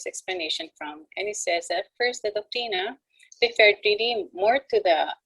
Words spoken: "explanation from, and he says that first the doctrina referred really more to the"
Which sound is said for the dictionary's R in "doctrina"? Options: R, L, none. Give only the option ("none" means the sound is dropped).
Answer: none